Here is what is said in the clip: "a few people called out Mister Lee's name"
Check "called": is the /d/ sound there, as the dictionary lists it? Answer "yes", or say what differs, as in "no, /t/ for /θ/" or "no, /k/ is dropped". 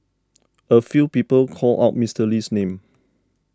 no, /d/ is dropped